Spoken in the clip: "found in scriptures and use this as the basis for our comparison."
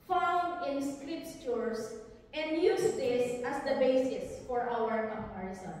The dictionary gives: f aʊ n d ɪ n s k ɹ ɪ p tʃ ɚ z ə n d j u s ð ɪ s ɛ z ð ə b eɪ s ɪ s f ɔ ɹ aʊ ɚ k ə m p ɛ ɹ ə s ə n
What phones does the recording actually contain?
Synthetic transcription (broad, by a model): f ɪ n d ɪ n s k ɹ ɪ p s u s ə n d j u s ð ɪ s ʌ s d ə b eɪ s ɪ s f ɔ ɹ aʊ ɚ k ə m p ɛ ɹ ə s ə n